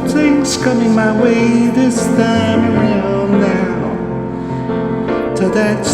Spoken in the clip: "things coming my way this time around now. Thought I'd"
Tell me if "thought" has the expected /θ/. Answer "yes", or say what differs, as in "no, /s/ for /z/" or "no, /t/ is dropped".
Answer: no, /t/ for /θ/